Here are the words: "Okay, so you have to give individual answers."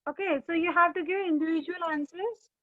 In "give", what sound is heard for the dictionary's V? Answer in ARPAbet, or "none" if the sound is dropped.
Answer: none